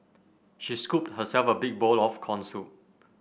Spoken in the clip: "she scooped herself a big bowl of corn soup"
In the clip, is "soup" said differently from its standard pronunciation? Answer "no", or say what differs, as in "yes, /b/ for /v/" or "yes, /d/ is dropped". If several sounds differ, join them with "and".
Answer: yes, /p/ is dropped